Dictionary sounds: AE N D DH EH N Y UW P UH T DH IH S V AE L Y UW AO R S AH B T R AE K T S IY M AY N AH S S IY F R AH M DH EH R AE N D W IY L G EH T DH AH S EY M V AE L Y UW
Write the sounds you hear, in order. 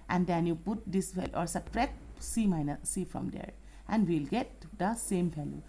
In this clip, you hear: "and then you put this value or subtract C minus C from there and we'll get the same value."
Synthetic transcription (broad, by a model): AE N D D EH N Y UW P UH T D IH S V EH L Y AO R S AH T R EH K S IY M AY N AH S S IY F R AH M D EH R AE N D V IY L G EH T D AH S EY M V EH L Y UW